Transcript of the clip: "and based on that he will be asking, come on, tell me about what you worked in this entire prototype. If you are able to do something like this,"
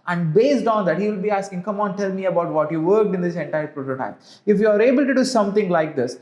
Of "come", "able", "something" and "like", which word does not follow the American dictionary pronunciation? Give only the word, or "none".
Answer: something